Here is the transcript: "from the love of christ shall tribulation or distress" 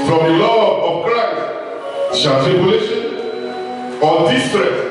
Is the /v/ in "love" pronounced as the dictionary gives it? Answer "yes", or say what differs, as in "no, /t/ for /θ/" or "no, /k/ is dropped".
no, /v/ is dropped